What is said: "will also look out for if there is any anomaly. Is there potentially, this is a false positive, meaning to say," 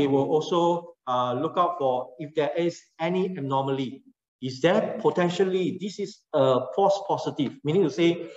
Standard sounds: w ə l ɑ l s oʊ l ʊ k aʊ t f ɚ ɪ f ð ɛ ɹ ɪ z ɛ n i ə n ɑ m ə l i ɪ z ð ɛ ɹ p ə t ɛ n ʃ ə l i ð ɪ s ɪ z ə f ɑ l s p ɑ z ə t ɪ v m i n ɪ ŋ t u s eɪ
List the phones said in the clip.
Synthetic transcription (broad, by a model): w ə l ɑ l s oʊ l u k aʊ t f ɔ ɪ f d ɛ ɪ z ɛ n i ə n ɑ m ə l i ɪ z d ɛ p ə t ɛ n ʃ ə l i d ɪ s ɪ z ə p ɑ s p ɑ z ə t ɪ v m i n ɪ ŋ t u s eɪ